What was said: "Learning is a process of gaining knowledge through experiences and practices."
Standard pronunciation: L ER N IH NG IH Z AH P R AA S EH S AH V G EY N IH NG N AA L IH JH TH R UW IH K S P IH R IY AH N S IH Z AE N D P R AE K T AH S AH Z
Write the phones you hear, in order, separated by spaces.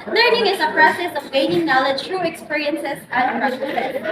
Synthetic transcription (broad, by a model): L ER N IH NG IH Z AH P R AA S EH S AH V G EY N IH NG N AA L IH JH T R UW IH K S P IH R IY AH N S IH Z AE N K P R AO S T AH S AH